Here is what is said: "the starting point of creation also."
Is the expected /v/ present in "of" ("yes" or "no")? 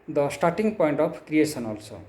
no